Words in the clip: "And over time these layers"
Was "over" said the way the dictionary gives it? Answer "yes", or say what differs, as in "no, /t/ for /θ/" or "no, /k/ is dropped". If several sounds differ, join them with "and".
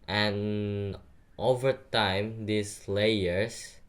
yes